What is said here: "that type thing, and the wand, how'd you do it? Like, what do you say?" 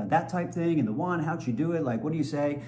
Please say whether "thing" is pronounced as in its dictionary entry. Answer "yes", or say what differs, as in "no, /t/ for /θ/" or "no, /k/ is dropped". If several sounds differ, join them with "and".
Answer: yes